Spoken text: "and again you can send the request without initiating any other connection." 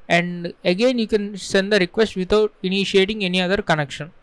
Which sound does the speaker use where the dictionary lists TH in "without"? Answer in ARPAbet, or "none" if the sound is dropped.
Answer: T